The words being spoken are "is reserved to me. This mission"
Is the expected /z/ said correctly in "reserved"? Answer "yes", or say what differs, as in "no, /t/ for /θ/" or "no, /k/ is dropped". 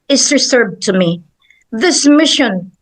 no, /s/ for /z/